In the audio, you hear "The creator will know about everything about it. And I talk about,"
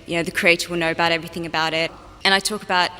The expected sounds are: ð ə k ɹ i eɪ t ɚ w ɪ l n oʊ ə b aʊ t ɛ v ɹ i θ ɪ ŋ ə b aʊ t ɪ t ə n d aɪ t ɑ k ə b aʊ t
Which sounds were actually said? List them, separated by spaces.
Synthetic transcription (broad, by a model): ð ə k ɹ i eɪ t ɚ w ɪ l n oʊ ə b aʊ t ɛ v ɹ i θ ɪ ŋ ə b aʊ t ɪ t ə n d aɪ t ɑ k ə b aʊ t